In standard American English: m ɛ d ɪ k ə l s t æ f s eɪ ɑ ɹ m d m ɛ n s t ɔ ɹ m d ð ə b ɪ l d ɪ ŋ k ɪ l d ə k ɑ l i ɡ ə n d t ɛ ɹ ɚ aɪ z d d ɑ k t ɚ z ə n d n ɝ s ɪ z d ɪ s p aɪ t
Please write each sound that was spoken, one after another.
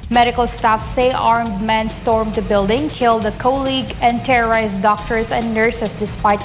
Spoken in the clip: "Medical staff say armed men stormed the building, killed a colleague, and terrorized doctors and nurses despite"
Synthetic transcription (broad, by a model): m ɛ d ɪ k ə l s t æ f s eɪ ɑ ɹ m d m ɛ n s t ɔ ɹ m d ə b ɪ l d ɪ ŋ k ɪ l d ə k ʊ l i ɡ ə n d t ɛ ɹ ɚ aɪ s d d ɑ k t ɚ s ə n d n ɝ s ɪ s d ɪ s p aɪ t